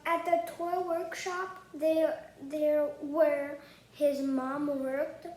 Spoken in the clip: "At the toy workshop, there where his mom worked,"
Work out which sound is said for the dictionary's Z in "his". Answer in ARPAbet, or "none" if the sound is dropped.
Z